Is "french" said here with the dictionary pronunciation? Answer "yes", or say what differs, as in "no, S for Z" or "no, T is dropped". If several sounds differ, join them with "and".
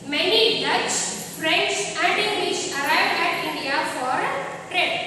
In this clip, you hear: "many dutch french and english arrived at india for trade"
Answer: no, S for CH